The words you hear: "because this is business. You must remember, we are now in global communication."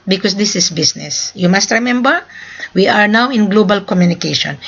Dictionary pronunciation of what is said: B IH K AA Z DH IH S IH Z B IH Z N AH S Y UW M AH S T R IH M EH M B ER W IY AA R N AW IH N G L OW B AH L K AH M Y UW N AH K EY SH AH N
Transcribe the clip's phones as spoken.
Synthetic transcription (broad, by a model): B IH K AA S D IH S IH S B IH S N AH S Y UW M AH S T R IH M EH M B ER W IY AA R N AW IH N G L OW B AH L K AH M Y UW N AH K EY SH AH N